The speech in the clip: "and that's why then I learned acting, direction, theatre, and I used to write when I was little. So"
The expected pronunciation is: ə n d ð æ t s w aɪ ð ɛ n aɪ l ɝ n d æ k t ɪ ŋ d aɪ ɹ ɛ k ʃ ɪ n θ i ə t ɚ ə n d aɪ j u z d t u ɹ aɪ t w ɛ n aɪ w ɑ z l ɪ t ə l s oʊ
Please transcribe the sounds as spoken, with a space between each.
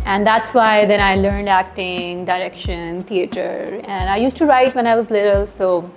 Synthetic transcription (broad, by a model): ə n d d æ t s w aɪ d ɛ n aɪ l ɝ n d æ k t ɪ ŋ d aɪ ɹ ɛ k ʃ ɪ n t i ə t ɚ ə n d aɪ j u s t u ɹ aɪ t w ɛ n aɪ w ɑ z l ɪ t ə l s oʊ